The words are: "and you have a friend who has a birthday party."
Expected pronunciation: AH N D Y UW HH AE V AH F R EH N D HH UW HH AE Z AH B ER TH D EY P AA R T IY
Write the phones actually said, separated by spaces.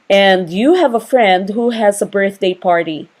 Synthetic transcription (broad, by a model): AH N D Y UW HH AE V AH F R EH N D HH UW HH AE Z AH B ER TH D EY P AA R T IY